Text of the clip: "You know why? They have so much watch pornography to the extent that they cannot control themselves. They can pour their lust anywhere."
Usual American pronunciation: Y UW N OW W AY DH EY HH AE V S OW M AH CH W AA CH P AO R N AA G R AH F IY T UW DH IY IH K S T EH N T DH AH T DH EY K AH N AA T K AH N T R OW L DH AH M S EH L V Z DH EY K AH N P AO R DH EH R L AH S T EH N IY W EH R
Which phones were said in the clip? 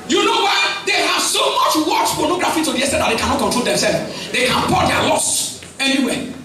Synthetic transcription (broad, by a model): Y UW N OW W AY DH EY HH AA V S OW M AH CH W AA CH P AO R N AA G R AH F IY T UW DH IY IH S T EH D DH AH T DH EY K AH N AA T K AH T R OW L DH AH M S EH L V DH EY K AH N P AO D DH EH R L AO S EH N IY W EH